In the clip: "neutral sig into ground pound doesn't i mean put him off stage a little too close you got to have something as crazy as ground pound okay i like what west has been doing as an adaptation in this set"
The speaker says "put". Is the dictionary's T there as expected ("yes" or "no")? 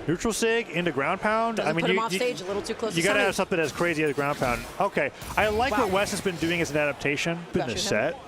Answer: no